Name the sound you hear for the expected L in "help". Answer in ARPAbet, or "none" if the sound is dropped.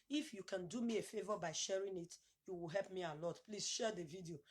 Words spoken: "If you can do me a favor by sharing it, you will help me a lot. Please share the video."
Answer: L